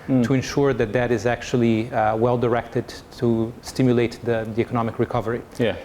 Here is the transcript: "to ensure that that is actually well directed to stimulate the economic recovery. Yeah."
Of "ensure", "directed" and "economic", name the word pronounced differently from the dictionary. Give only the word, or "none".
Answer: none